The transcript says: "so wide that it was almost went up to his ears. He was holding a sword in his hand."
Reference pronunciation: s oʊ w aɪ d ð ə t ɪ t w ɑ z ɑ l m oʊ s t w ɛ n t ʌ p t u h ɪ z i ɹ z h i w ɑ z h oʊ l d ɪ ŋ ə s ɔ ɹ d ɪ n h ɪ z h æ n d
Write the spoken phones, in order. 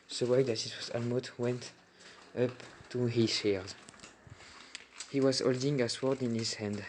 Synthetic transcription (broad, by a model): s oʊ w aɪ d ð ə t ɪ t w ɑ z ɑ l m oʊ t w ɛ n t ʌ p t u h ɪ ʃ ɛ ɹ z h i w ɑ z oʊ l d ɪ ŋ ə s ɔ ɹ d ɪ n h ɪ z h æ n d